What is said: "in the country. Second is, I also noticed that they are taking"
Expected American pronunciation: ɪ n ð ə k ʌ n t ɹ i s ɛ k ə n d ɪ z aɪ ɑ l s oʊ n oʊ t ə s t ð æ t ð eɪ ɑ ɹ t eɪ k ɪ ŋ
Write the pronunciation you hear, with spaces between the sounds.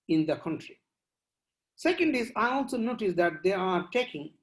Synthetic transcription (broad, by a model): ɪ n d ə k ʌ n t ɹ i s ɛ k ə n d ɪ z aɪ ɑ l s oʊ n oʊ t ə s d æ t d eɪ ɑ ɹ t eɪ k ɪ ŋ